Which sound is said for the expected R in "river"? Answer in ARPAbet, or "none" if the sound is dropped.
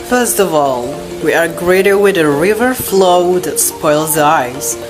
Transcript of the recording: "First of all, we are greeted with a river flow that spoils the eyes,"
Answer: R